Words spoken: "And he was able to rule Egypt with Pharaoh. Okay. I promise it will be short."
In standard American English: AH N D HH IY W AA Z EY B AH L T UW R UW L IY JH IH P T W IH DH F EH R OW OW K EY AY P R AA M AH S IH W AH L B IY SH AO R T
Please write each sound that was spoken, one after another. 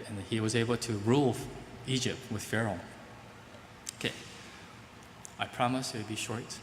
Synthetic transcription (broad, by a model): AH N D HH IY W AA Z EY B AH L T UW R UW L IY JH IH P T W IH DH F EH R OW OW K EY AY P R AA M AH S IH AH B IY SH AO R T